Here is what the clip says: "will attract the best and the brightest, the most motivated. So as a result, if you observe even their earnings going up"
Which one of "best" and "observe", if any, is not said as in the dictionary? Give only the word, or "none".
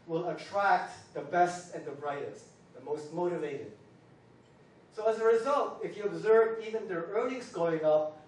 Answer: none